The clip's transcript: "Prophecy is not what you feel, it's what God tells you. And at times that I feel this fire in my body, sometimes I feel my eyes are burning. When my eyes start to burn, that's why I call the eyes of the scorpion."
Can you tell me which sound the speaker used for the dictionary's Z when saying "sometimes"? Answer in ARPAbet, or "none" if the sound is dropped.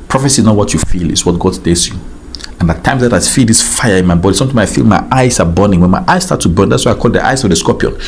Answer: none